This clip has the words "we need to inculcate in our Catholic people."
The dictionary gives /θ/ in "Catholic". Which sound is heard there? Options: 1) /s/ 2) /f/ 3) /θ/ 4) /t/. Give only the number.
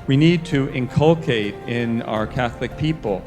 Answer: 3